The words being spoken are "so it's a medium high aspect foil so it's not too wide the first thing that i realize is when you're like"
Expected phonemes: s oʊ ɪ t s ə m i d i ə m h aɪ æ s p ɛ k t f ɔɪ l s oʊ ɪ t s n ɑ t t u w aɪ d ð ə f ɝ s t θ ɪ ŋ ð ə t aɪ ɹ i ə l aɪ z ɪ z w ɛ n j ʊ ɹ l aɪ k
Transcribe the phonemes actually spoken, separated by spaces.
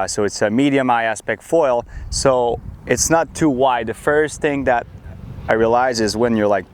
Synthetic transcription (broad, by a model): s oʊ ɪ t s ə m i d i ə m aɪ æ s p ɛ k t f ɔɪ l s oʊ ɪ t s n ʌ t t u w aɪ d ð ə f ɝ s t θ ɪ ŋ ð ə t aɪ ɹ i ə l aɪ z ɪ z w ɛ n j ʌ ɹ l aɪ k